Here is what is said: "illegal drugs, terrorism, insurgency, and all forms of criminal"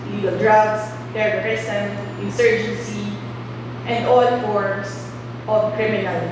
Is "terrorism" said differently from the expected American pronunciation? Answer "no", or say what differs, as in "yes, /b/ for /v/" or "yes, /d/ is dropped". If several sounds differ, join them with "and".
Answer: yes, /s/ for /z/